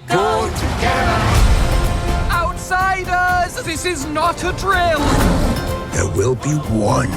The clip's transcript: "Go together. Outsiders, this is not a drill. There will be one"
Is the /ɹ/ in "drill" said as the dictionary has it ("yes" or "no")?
yes